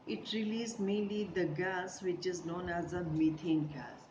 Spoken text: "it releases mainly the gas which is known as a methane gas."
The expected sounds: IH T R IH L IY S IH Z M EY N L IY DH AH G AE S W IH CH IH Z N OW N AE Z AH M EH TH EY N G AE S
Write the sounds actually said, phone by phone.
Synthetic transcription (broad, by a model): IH T R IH L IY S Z M EY N L IY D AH G AE S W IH CH IH Z N OW N AE Z AH M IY T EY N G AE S